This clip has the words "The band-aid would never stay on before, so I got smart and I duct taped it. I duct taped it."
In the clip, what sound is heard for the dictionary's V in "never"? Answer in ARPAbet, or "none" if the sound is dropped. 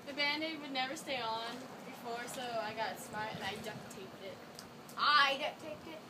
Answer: V